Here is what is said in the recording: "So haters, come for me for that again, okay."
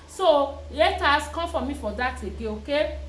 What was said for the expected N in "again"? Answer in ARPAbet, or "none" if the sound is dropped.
none